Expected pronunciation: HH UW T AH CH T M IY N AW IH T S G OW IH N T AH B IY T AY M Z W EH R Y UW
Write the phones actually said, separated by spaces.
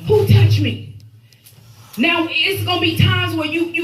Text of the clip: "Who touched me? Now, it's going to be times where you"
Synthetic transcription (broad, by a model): HH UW T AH CH M IY N AW IH T S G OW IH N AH B IY T AY M Z W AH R Y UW